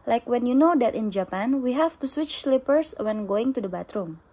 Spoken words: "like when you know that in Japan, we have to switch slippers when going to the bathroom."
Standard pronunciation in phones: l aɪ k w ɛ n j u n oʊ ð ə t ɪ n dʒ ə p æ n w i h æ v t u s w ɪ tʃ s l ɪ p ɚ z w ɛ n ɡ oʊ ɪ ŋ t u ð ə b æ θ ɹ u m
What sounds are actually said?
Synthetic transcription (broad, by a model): l aɪ k w ɛ n j u n oʊ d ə t ɪ n dʒ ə p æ n w i h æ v t u s w ɪ tʃ s l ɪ p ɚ s w ɛ n ɡ oʊ ɪ ŋ t u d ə b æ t ɹ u m